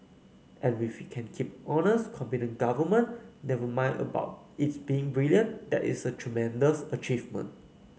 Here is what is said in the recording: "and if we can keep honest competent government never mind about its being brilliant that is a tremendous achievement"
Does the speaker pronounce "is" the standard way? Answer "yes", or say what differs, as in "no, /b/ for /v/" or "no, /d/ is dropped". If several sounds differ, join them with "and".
no, /s/ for /z/